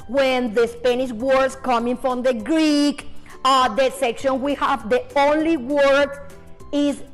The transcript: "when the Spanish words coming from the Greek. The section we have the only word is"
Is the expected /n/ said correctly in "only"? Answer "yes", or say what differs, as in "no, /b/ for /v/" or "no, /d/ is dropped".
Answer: yes